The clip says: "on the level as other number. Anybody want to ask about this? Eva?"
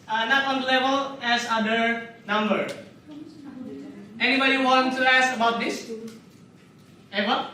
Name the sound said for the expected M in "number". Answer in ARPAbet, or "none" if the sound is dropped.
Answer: M